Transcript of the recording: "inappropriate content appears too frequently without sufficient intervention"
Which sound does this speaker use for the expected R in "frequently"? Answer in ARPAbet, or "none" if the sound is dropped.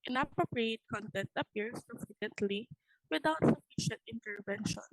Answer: none